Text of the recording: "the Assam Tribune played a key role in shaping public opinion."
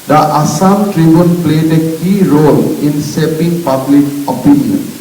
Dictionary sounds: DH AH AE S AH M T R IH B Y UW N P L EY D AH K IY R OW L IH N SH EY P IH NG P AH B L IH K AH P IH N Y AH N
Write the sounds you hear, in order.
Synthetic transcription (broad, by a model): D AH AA S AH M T R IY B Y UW N P L EY D AH K IY R OW L IH N S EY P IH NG P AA B L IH K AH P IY N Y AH N